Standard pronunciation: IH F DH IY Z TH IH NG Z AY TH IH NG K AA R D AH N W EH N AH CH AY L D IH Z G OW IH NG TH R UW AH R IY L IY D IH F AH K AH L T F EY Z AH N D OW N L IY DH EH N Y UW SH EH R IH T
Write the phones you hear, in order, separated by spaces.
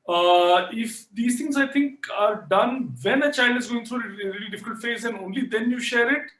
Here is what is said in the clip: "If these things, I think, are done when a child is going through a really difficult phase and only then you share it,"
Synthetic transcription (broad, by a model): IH F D IY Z T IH NG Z AY T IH NG K AA R D AH N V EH N AH CH AY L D IH Z G OW IH NG T R UW AH R IY L IY D IH F AH K AH L T F EY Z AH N OW N L IY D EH N Y UW SH EH R IH T